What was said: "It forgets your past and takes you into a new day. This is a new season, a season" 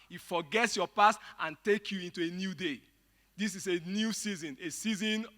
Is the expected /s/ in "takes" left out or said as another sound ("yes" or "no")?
yes